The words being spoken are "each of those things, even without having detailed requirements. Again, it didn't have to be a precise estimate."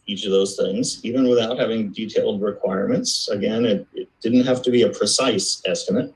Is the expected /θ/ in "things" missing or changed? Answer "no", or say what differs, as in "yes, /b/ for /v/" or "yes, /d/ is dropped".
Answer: no